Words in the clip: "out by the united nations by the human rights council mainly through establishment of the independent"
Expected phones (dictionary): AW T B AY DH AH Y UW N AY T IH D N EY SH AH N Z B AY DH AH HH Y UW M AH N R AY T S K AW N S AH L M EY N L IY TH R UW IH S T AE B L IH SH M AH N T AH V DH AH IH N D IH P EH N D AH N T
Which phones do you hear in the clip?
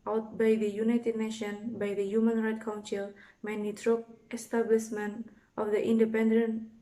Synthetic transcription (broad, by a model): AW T B AY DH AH Y UW N AY T IH D N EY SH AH N B AY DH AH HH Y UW M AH N R AY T K AW N S AH L M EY N IY T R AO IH S T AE B L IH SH M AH N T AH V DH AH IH N D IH P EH N D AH N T